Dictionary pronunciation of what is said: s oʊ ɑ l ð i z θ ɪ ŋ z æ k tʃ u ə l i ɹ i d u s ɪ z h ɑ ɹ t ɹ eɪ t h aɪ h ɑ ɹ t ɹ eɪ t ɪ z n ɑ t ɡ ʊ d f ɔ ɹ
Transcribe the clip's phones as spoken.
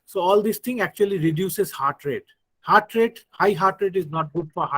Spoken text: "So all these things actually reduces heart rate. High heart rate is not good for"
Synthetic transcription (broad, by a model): s oʊ ɑ l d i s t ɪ ŋ æ k tʃ u ə l i ɹ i d u s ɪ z h ɑ ɹ t ɹ eɪ t h aɪ h ɑ ɹ t ɹ eɪ t ɪ z n ɑ t ɡ ʊ d f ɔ ɹ